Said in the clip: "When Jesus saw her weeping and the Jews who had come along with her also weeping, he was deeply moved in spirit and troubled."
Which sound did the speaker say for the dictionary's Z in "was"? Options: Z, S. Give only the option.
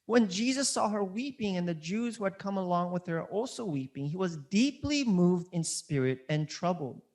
Z